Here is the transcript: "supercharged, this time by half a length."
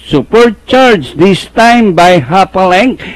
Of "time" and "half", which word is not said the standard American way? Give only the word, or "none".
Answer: half